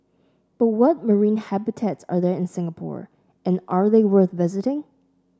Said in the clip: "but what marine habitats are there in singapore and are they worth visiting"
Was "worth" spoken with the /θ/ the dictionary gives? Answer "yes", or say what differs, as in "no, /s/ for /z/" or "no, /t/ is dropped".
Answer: yes